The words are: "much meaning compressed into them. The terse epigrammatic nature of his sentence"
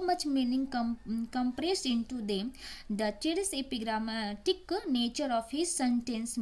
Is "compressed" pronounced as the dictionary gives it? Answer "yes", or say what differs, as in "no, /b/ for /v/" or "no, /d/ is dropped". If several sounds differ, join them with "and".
no, /t/ is dropped